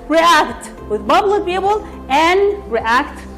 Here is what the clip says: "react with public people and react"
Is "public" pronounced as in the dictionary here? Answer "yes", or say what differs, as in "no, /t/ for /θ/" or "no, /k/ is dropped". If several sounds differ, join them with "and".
no, /b/ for /p/